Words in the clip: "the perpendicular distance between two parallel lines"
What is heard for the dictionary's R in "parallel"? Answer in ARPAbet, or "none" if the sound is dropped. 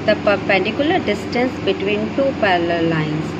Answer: L